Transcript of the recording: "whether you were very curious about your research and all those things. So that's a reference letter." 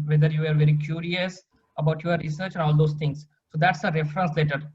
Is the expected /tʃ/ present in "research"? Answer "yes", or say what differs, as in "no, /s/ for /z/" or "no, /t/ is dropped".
yes